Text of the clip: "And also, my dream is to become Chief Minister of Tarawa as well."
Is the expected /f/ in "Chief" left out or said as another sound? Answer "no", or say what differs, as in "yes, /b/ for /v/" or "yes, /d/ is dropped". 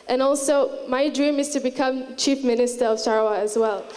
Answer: no